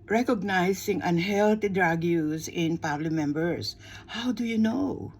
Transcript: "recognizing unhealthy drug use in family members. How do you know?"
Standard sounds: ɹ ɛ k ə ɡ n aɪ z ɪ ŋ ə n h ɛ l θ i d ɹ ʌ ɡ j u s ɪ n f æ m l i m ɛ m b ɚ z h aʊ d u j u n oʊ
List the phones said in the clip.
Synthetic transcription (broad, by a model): ɹ ɛ k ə ɡ n aɪ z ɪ ŋ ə n h ɛ l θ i d ɹ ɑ ɡ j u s ɪ n p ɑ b l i m ɛ m b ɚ s h aʊ d u j u n oʊ